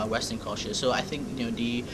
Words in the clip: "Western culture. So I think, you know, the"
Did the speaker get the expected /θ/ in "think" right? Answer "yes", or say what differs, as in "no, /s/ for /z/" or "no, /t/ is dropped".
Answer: yes